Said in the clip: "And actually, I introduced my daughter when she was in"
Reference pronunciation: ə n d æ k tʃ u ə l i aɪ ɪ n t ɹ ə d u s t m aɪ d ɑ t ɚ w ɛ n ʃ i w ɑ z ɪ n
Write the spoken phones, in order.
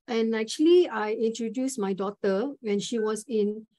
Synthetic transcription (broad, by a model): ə n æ k tʃ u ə l i aɪ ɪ n t ɹ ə d u s m aɪ d ɑ t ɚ w ɛ n ʃ i w ɑ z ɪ n